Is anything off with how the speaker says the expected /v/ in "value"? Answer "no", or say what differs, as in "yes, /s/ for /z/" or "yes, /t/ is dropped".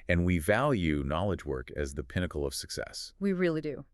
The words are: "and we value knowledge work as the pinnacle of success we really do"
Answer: no